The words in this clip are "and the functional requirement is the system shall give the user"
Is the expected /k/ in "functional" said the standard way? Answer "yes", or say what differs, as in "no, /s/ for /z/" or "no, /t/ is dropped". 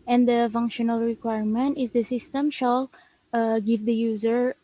yes